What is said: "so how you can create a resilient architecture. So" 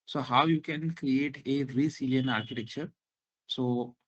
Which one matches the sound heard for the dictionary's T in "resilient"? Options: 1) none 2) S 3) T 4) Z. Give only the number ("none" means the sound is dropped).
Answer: 1